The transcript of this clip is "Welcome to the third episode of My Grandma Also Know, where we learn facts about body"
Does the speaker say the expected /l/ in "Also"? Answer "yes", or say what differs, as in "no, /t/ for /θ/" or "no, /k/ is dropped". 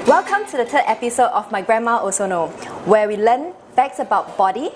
no, /l/ is dropped